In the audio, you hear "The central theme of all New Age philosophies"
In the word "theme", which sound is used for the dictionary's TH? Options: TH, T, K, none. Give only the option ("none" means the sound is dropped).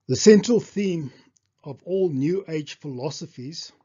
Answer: TH